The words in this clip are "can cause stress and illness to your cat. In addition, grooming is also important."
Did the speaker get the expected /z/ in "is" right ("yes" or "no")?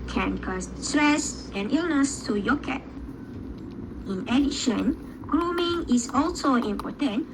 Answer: no